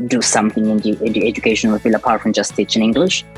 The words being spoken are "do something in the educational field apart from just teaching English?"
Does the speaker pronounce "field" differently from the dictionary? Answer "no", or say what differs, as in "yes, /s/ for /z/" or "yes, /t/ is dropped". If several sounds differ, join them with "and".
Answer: yes, /d/ is dropped